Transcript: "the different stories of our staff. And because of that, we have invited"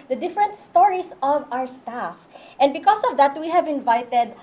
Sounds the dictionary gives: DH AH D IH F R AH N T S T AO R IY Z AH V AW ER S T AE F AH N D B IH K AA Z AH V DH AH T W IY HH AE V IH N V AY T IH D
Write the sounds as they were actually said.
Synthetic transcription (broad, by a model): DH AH D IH F R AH N T S T AO R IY S AH V AW ER S T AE F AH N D B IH K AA S AH V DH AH T W IY HH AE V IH N V AY T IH D